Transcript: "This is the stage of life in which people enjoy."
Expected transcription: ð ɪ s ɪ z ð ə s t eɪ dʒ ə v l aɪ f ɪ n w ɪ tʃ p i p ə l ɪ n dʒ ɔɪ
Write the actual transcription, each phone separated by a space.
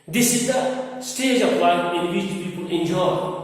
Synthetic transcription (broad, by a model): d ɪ s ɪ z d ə s t eɪ dʒ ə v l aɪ ɪ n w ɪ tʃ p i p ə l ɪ n dʒ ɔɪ